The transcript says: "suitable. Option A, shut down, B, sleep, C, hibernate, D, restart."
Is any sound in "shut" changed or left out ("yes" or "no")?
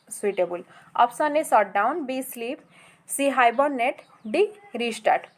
yes